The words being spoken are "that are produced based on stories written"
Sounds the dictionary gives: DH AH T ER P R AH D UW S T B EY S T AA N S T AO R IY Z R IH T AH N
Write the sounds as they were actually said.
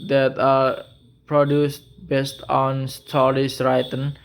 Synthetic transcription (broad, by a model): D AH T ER P R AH D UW S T B EY S T AA N S T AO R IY S R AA T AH N